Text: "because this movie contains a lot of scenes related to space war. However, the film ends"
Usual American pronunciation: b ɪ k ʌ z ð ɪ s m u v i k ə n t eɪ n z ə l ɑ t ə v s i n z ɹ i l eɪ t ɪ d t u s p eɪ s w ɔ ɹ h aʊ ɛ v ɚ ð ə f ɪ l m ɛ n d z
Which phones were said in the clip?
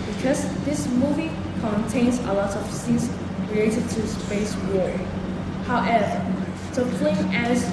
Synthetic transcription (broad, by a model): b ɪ k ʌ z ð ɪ s m u v i k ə n t eɪ n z ə l ɑ t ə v s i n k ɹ i eɪ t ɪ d t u s p eɪ s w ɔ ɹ h aʊ ɛ v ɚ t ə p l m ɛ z